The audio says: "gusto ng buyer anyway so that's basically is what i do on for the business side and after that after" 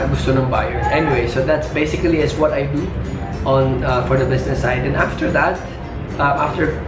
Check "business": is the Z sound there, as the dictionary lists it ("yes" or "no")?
no